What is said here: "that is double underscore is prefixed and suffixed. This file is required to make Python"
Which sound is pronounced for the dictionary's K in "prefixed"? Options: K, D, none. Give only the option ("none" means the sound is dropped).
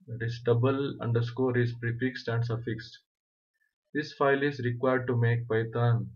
K